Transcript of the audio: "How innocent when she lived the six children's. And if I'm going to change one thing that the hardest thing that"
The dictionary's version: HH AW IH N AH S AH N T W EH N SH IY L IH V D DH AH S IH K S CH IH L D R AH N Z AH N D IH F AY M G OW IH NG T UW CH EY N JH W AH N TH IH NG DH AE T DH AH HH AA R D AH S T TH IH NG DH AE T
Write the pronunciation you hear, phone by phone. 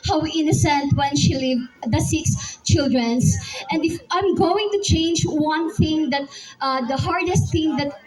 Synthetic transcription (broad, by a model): HH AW IH N AH S AH N T W EH N SH IY L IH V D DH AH S IH K S CH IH L D R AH N S AH N D IH F AY M G OW IH NG T UW CH EY N JH W AH N TH IH NG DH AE T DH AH HH AA R D AH S T TH IH NG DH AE T